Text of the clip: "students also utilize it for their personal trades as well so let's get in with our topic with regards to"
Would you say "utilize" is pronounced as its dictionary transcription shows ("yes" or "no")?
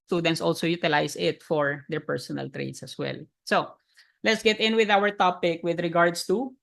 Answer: no